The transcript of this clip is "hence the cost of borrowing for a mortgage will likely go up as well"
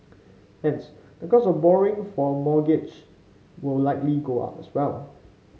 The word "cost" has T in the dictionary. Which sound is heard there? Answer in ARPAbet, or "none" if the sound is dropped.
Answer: none